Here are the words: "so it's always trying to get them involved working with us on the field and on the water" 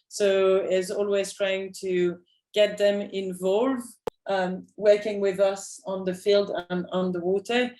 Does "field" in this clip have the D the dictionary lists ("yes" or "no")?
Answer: yes